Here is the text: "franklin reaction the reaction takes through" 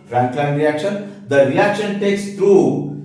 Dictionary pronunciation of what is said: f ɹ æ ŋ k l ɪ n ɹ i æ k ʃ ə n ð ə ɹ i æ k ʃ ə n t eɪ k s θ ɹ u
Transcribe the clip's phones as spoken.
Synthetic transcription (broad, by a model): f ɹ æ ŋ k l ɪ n ɹ i æ k ʃ ə n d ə ɹ i æ k ʃ ə n t eɪ k s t ɹ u